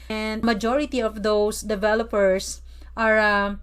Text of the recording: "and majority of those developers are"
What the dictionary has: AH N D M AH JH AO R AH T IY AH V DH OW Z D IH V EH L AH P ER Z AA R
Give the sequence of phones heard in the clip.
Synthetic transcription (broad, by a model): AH N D M AH JH AO R AH T IY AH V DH OW S D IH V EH L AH P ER S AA R